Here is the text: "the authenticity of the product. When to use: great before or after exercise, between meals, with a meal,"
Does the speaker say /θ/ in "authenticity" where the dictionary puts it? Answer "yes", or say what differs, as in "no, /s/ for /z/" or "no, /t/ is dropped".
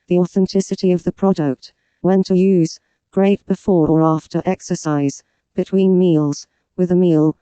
yes